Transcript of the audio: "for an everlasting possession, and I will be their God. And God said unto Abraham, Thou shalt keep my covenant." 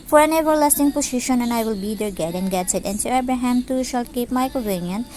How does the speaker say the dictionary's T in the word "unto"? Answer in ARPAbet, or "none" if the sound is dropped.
S